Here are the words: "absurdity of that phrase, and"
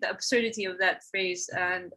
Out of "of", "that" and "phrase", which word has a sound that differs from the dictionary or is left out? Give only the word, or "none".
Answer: none